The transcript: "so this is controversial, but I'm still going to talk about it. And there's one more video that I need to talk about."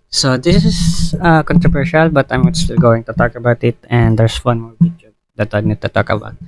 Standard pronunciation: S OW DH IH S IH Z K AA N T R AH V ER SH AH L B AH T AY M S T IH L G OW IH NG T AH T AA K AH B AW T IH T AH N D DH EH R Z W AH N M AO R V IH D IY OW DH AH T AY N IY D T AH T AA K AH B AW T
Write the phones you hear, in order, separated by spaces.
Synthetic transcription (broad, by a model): S OW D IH S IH S K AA N T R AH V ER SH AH L B AH T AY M S T IH L G OW IH NG T AH T AA K AH B AW T IH T AH N D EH R S W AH N M AO R P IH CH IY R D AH T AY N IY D T AH T AA K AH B AW T